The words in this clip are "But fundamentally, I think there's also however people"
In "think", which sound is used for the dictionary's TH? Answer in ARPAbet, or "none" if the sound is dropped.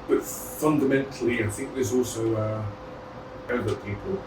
TH